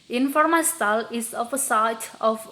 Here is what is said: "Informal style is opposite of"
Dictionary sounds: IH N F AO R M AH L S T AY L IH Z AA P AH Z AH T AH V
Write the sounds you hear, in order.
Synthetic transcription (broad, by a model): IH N F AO R M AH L S T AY L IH S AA F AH S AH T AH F